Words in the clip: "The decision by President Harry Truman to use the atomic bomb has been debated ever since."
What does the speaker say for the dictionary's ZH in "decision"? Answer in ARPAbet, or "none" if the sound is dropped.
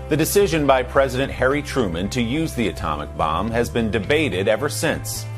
ZH